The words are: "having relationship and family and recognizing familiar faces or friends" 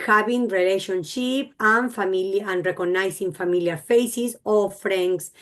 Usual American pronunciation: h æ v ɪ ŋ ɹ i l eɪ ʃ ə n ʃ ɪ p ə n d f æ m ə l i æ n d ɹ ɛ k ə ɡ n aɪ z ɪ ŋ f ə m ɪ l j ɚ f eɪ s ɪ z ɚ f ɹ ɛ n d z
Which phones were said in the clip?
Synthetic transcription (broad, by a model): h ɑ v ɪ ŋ ɹ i l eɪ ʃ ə n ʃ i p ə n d f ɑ m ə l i n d ɹ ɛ k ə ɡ n aɪ s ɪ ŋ f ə m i l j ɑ f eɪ s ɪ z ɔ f ɹ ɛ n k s